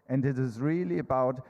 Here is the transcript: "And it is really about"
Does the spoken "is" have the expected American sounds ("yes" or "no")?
yes